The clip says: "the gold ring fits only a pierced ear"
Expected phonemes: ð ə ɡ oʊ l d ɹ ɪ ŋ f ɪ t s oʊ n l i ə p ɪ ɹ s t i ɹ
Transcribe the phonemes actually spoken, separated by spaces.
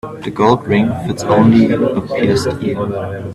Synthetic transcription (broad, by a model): ð ə ɡ oʊ l d ɹ ɪ ŋ f ɪ t s oʊ n l i ə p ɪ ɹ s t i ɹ